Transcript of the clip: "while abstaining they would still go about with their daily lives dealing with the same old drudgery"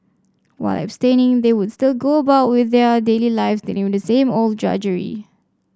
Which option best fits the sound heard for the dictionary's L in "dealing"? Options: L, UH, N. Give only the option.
N